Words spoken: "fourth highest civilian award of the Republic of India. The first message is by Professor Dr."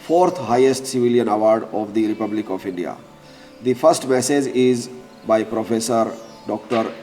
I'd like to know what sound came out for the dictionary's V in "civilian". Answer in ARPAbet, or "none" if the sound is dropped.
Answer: V